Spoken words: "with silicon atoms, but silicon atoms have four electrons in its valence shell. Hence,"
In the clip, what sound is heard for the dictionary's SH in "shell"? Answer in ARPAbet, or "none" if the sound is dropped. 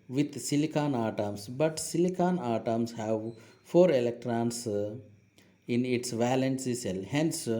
S